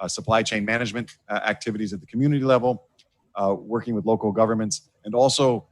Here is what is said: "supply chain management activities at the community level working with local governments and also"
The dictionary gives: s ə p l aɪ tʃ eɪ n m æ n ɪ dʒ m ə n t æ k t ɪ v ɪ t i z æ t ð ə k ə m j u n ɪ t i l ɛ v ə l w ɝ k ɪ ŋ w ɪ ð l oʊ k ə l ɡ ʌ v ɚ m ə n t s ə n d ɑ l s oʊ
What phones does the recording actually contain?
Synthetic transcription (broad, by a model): s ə p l aɪ tʃ eɪ n m æ n ɪ dʒ m ə n t æ k t ɪ v ɪ t i z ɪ t ð ə k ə m j u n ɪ t i l ɛ v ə l w ɝ k ɪ ŋ w ɪ ð l oʊ k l ɡ ʌ v ɚ m ə n t s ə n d ɑ l s oʊ